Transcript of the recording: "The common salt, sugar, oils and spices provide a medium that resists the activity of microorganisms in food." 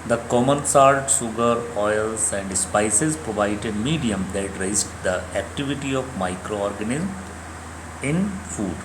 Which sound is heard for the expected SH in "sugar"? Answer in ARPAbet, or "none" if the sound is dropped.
S